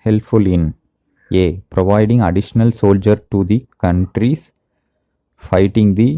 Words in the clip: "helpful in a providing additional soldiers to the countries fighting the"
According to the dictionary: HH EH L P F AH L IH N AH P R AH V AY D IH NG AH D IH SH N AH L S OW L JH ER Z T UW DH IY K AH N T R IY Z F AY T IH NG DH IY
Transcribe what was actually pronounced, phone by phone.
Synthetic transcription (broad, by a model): HH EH L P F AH L IH N AH P R AH V AY D IH NG AH D IH SH N AH L S OW L JH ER T UW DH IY K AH N T R IY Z F AY T IH NG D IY